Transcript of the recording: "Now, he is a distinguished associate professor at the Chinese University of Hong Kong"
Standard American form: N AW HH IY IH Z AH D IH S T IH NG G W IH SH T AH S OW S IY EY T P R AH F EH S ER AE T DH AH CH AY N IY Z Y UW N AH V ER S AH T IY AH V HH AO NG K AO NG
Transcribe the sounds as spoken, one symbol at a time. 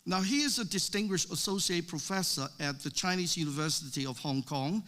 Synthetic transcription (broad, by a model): N AW HH IY IH Z AH D IH S T IH NG G W IH SH T AH S OW S IY EY T P R AH F EH S ER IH T DH AH CH AY N IY Z Y UW N AH V ER S AH T IY AH V HH AO NG K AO NG